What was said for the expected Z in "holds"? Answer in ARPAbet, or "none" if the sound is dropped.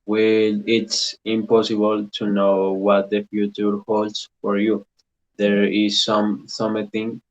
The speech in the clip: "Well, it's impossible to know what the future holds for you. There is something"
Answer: S